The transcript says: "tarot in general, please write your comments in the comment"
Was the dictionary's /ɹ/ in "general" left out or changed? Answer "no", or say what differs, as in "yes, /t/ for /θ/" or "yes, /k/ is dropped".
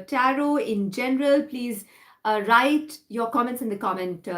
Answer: no